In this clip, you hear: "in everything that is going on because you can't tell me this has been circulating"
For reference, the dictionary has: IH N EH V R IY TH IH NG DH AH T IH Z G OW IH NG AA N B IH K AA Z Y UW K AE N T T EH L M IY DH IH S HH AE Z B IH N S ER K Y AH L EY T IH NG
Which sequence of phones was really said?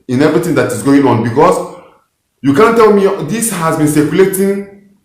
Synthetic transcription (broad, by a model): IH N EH V R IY T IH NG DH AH T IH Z G OW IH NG AA N B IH K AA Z Y UW K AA N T T EH L M IY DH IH S HH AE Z B IH N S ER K Y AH L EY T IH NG